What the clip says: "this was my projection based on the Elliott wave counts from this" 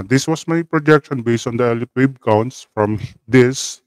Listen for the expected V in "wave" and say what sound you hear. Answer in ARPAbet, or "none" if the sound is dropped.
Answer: B